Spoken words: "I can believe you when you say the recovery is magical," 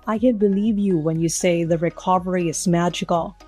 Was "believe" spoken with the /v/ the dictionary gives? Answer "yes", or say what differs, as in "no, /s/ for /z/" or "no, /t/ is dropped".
yes